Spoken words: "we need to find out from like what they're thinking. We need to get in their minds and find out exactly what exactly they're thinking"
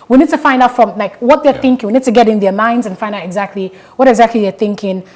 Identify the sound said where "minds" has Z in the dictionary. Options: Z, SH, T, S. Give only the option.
Z